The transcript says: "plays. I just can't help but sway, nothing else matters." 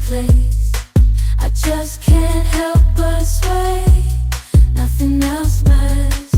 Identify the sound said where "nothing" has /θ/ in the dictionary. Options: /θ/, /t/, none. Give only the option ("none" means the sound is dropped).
/θ/